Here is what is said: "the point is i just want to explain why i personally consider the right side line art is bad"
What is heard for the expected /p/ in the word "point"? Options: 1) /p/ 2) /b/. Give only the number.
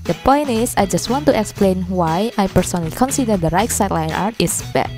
1